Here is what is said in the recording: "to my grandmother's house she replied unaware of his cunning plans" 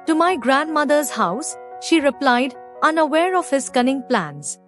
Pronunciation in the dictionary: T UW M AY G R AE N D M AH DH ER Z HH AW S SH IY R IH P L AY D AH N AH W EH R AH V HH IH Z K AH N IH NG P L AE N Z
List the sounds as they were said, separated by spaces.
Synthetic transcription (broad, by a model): T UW M AY G R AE N D M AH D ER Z HH AW S SH IY R IH P L AY D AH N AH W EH R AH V HH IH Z K AH N IH NG P L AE N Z